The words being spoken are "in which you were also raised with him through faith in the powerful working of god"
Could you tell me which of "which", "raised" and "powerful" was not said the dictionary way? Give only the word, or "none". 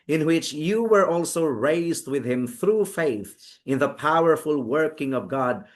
none